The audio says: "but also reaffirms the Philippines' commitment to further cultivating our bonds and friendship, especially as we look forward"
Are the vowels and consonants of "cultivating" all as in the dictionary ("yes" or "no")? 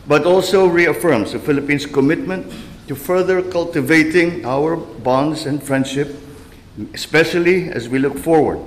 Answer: yes